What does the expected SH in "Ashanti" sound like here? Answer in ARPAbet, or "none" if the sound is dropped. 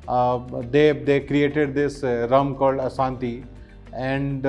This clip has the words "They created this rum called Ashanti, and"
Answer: S